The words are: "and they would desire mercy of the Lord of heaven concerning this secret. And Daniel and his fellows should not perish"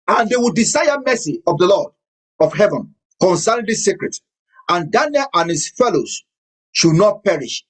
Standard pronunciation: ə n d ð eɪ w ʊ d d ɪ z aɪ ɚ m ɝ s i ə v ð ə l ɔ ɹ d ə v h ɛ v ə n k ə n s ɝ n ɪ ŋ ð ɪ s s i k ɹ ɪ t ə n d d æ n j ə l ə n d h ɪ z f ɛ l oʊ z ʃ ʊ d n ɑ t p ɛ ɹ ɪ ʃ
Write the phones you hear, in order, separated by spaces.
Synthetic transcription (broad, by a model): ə n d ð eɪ w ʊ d d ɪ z aɪ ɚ m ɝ s i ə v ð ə l ɔ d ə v h ɛ v ə n k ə n s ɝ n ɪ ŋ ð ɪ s s i k ɹ ɪ t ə n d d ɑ n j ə l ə n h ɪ s f ɛ l oʊ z ʃ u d n ɑ t p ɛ ɹ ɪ ʃ